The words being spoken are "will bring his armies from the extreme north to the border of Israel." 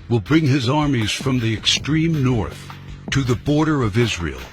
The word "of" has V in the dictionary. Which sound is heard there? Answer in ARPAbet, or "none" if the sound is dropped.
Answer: V